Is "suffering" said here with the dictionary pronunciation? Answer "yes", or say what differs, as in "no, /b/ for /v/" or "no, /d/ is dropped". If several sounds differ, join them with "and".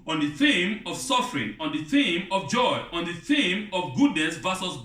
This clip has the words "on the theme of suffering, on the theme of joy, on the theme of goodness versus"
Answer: yes